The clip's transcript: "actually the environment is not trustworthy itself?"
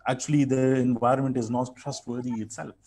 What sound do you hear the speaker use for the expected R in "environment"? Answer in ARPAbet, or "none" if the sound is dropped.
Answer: R